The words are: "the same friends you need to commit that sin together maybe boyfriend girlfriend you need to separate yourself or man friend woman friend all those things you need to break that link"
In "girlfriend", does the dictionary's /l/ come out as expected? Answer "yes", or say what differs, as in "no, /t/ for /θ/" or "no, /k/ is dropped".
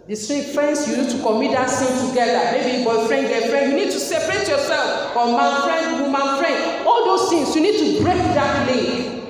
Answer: no, /l/ is dropped